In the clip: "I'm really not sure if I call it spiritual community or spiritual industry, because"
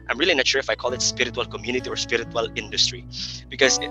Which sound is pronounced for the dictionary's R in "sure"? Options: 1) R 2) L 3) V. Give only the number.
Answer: 2